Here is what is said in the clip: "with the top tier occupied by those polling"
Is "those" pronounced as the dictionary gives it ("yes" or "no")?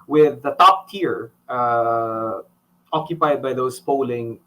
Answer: no